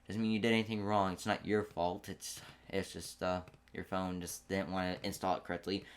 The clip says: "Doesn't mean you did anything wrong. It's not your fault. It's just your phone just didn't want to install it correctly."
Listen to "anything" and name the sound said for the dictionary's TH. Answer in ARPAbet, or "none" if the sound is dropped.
TH